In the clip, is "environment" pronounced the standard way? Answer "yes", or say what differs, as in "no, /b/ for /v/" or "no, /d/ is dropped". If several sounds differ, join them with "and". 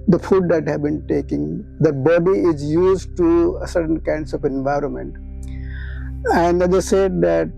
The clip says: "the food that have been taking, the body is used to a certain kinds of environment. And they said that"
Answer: yes